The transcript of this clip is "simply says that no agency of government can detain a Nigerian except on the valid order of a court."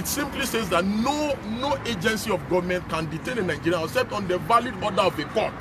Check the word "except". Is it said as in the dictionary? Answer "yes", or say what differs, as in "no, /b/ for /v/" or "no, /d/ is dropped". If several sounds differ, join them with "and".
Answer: no, /k/ is dropped and /p/ is dropped